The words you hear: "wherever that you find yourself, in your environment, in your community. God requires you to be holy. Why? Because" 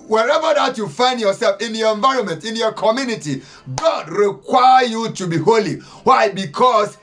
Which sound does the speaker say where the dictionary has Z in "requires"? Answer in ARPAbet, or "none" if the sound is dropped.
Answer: none